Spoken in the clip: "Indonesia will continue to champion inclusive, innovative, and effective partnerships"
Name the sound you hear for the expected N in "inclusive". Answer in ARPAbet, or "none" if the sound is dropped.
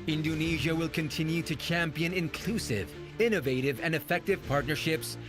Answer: N